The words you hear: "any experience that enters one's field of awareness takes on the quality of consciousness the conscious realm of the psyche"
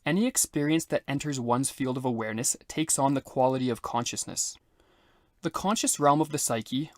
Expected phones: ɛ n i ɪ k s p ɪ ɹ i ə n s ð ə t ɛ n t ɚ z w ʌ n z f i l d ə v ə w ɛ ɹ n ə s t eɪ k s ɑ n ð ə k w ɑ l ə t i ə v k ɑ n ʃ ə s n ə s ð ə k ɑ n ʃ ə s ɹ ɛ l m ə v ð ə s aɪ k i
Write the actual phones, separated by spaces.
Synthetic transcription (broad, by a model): ɛ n i ɪ k s p ɪ ɹ i ə n s ð ə t ɛ n t ɚ z w ʌ n z f i l d ə v ə w ɛ ɹ n ə s t eɪ k s n ð ə k w ɑ l ə t i ə v k ɑ n ʃ ə s n ə s ð ə k ɑ n ʃ ə s ɹ ɛ l m ə v ð ə s aɪ k i